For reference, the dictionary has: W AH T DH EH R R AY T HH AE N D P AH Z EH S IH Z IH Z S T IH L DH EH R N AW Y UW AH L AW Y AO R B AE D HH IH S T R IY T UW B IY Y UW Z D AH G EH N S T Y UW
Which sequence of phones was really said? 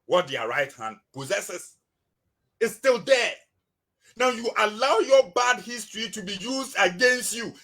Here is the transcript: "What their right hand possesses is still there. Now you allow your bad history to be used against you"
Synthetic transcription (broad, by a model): W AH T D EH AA R AY T HH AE N D P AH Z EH S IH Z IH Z S T IH L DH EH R N AW Y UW AH L AW Y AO B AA D HH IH S T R IY T UW B IY Y UW Z D AH G EH N S T Y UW